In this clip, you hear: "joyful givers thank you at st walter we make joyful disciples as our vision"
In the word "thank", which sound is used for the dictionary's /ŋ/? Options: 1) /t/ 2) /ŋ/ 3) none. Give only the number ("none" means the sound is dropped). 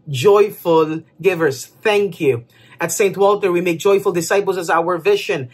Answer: 2